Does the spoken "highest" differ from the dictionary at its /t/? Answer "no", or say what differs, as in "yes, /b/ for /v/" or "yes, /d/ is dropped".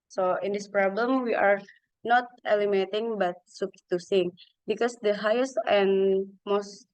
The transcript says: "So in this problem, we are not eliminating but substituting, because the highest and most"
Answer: no